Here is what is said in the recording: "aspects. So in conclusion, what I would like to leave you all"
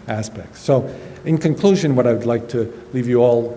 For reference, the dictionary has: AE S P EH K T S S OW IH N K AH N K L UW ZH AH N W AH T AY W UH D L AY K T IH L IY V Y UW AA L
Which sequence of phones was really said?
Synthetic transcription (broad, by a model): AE S P EH K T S S OW IH N K AH N K L UW ZH AH N W AH T AY W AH D L AY K T IH L IY V Y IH AA L